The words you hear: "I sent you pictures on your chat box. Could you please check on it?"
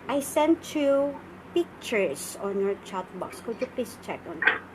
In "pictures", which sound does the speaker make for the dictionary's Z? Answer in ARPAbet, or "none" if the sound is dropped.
S